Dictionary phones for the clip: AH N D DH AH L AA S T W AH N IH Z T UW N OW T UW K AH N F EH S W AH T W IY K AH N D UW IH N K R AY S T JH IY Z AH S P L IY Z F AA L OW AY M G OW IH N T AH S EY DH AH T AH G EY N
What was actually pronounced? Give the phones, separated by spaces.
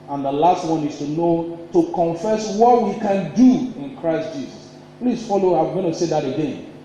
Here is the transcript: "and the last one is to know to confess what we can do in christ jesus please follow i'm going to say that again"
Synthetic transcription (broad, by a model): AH N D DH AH L AA S T W AH N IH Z T UW N OW T UW K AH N F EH S W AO T W IY K AH N D UW IH N K R AY S T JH IY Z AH S P L IY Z F AA L OW AY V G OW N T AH S EY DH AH T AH G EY N